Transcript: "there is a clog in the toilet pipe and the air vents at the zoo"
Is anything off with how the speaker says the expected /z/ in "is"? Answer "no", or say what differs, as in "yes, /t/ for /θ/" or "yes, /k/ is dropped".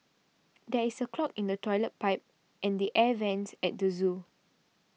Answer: yes, /s/ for /z/